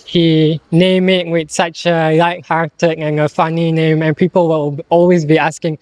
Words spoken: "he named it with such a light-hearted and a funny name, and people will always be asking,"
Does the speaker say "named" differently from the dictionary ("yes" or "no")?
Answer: yes